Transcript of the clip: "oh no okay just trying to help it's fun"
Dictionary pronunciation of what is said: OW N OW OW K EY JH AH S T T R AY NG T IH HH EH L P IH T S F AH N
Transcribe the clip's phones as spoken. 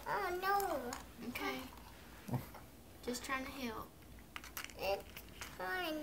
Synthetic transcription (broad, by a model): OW N OW OW K EY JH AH S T T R AY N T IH HH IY L IH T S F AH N